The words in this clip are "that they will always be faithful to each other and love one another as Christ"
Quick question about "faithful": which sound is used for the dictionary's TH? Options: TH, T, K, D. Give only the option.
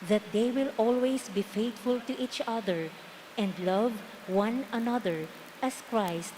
T